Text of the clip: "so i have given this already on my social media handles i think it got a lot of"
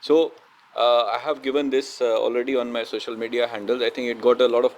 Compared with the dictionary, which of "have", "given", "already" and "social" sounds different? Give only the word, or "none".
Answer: none